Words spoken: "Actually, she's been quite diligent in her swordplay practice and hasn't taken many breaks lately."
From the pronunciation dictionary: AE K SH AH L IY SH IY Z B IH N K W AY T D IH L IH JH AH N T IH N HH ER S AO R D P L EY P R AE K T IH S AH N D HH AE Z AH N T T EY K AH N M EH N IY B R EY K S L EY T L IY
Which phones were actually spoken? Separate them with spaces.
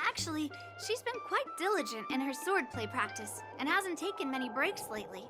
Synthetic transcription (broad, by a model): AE K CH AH L IY SH IY Z B IH N K W AY T D IH L IH JH AH N T IH N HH ER S AO R D P L EY P R AE K T IH S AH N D HH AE Z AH N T T EY K AH N M EH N IY B R EY K S L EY T L IY